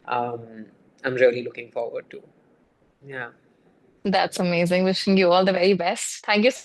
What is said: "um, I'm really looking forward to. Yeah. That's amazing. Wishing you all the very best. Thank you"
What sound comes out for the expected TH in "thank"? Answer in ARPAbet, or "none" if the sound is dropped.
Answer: T